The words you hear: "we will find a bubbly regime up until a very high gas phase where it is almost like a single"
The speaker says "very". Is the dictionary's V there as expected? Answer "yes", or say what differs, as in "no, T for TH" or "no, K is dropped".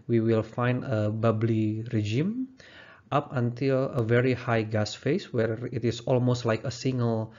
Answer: yes